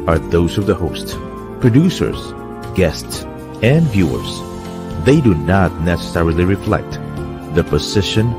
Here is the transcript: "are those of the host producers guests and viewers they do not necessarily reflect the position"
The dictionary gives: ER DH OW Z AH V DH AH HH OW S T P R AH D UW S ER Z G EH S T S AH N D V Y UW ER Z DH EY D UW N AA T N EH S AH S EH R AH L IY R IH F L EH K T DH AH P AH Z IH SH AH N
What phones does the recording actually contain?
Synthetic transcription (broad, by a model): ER DH OW Z AH V DH AH HH OW S T P R AH D UW S ER Z G EH S T S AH N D V Y UW ER Z DH EY D UW N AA T N EH S AH S EH R AH L IY R IH F L EH K T DH AH P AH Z IH SH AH N